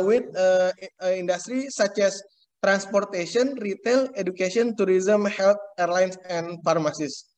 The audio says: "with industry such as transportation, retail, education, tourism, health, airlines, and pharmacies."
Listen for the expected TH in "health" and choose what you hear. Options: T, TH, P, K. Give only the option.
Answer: T